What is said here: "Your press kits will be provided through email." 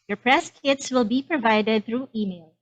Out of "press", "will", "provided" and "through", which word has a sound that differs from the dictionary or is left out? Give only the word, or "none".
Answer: none